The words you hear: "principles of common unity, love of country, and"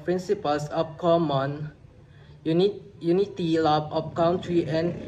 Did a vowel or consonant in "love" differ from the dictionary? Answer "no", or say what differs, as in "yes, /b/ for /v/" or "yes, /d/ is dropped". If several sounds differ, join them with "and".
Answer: yes, /b/ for /v/